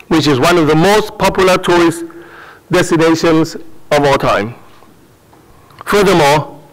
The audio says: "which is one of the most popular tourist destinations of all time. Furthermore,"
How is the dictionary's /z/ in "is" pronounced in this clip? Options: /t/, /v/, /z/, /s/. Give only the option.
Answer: /z/